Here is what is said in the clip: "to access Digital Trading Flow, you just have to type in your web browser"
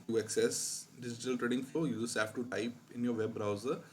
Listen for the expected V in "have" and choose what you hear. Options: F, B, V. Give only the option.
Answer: F